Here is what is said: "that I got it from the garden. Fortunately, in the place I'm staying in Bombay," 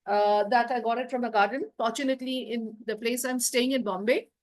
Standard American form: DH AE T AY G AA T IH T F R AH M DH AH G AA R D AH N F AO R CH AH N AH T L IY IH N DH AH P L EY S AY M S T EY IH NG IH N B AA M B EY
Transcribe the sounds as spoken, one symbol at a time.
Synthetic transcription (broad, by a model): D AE T AY G AA T IH T F R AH M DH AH G AA R D AH N F AO R CH AH N AH T L IY IH N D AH P L EY S AY M S T EY IH NG IH N B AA M B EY